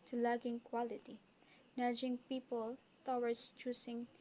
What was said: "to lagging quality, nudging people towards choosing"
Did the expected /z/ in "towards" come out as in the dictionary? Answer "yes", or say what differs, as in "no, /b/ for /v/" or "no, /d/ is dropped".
no, /s/ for /z/